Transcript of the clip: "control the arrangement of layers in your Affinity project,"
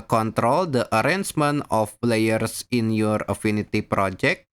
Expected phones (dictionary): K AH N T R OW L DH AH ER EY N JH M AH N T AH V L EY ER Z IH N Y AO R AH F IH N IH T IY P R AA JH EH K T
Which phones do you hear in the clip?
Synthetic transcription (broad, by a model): K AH N T R OW L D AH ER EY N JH M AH N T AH P L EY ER S IH N Y AO R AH F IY N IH T IY P R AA JH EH K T